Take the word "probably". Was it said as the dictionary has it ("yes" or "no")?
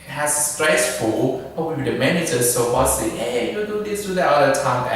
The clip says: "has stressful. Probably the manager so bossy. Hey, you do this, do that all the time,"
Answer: no